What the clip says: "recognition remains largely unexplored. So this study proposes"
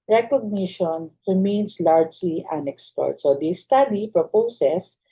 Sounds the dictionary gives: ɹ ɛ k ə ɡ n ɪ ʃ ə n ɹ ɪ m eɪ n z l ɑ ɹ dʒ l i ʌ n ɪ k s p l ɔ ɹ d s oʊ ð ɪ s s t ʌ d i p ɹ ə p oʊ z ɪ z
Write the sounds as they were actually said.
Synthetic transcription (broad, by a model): ɹ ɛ k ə ɡ n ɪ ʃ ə n ɹ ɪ m eɪ n s l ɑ ɹ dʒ l i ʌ n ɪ k s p ɔ ɹ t s oʊ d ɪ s s t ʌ d i p ɹ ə p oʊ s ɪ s